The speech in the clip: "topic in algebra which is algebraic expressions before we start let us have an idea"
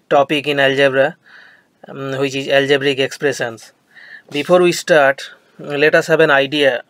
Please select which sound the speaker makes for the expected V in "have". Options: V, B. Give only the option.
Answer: B